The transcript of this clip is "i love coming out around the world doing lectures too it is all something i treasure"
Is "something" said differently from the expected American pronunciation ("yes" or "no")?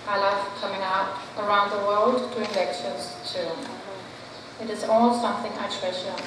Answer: no